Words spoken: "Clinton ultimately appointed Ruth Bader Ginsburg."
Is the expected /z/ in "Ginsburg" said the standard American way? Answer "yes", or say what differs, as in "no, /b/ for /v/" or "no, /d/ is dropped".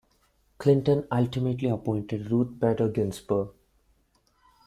no, /s/ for /z/